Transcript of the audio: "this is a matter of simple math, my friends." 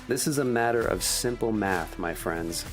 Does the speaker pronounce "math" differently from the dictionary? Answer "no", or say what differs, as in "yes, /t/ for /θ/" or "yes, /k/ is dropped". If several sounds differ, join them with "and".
no